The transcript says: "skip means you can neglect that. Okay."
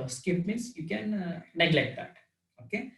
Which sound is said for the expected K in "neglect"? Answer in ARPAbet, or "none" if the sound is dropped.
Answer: K